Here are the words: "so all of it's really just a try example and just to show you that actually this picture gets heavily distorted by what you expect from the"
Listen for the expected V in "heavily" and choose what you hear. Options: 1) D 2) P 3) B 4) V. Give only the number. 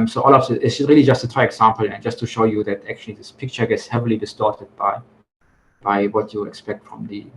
4